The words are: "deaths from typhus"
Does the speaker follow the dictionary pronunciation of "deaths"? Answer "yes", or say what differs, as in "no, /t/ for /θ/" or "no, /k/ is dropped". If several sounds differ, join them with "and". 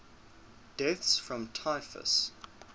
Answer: yes